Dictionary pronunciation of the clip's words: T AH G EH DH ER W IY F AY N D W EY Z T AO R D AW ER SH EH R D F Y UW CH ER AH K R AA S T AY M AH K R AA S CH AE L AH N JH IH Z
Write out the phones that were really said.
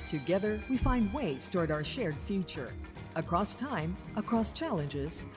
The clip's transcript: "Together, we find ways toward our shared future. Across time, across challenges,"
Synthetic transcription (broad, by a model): T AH G EH DH ER W IY F AY N D W EY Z T AO R D AW ER SH EH R D F Y UW CH ER AH K R AA S T AY M AH K R AA S CH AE L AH N JH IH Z